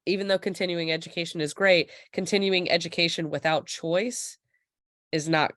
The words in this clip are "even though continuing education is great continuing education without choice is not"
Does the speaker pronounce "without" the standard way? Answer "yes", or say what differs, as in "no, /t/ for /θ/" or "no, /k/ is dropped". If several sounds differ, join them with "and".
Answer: yes